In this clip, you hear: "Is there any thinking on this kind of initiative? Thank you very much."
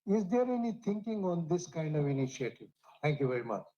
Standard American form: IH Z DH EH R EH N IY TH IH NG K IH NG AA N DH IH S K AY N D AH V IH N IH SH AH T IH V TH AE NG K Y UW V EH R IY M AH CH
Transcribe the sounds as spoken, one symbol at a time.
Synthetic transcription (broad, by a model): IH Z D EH R EH N IY T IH NG K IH NG AA N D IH S K AY N D AH V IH N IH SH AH T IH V T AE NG K Y UW V EH R IY M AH CH